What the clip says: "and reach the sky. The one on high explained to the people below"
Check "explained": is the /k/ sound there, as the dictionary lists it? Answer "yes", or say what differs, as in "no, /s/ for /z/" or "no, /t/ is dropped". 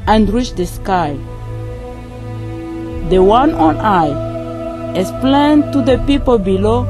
no, /k/ is dropped